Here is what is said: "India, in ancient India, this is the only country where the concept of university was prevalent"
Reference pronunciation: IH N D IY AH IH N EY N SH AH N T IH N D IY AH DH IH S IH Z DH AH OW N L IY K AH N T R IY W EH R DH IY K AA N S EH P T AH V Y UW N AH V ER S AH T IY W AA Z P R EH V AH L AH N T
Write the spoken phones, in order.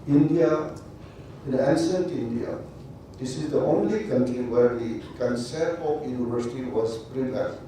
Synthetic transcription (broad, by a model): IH N D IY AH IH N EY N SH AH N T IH N D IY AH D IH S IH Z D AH OW N L IY K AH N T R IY W EH R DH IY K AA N S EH T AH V Y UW N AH V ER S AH T IY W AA S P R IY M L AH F